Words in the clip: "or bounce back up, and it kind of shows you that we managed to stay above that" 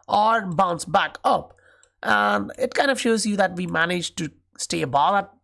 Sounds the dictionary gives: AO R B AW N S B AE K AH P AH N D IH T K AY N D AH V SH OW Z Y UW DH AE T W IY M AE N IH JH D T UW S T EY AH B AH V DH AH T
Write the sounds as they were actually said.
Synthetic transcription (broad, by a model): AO R B AW N S B AE K AH P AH N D IH T K AY N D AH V SH OW Z Y UW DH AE T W IY M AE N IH JH T UW S T EY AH B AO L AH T